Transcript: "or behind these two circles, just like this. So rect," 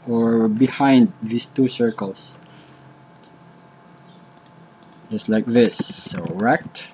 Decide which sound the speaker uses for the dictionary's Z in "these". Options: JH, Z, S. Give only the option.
S